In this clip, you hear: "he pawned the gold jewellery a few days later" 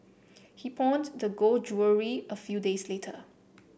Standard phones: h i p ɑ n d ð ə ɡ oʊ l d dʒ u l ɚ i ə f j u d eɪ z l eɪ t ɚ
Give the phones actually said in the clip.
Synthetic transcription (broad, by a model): h i p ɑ n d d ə ɡ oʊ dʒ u ɚ i ə f j u d eɪ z l eɪ t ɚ